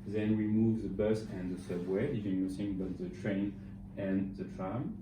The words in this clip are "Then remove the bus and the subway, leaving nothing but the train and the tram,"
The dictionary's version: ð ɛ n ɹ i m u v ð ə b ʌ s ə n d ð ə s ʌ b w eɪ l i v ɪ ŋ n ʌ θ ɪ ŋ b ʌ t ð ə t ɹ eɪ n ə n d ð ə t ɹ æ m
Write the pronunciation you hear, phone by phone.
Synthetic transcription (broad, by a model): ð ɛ n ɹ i m u v ð ə b ʌ s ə n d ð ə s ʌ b w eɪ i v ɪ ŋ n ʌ s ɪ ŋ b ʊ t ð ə t ɹ eɪ n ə n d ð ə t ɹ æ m